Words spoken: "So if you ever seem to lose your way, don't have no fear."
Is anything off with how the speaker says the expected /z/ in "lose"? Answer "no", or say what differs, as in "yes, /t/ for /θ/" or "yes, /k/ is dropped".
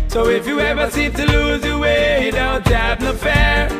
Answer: no